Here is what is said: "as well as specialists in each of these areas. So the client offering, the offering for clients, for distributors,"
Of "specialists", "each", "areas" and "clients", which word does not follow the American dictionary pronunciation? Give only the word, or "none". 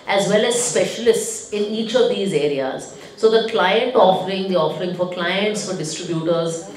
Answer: none